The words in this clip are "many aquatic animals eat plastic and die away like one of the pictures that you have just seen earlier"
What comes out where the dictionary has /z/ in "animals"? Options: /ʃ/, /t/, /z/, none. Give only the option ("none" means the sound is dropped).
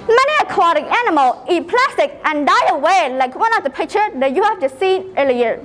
none